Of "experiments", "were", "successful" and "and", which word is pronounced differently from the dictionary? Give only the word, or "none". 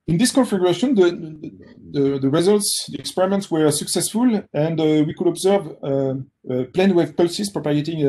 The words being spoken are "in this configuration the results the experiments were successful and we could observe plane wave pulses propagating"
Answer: none